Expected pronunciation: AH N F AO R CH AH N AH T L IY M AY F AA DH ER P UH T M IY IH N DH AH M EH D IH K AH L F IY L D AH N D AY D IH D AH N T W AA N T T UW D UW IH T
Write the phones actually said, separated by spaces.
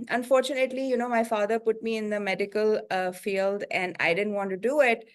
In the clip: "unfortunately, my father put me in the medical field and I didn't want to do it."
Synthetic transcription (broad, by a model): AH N F AO R CH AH N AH T L IY M AY F AA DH ER P UH T M IY IH N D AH M EH D IH K AH L F IY L D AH N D AY D IH D AH N T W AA N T T UW D UW IH T